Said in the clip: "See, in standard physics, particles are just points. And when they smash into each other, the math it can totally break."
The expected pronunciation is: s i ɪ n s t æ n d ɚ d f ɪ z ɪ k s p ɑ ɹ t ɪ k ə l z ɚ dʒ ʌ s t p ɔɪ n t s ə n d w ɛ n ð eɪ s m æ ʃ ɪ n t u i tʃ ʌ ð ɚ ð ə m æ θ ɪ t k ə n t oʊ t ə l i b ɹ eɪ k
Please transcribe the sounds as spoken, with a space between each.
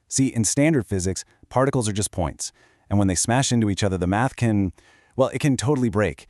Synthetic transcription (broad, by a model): s i ɪ n s t æ n d ɚ d f ɪ z ɪ k s p ɑ ɹ t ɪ k l z ɚ dʒ ʌ s p ɔɪ n t s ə n w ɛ n ð eɪ s m æ ʃ ɪ n t u i tʃ ʌ ð ɚ ð ə m æ θ ɪ t k ə n t oʊ t l i b ɹ eɪ k